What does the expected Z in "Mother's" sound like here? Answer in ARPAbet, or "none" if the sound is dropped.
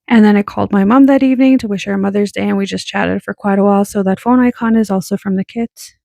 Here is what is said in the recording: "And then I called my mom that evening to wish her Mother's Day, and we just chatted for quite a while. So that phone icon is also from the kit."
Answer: Z